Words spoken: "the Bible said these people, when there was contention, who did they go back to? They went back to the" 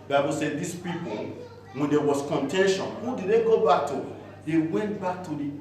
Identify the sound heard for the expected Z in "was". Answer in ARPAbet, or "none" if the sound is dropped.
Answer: S